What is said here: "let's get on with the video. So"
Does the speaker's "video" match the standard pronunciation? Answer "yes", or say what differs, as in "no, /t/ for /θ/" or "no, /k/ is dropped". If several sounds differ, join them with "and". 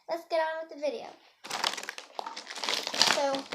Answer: yes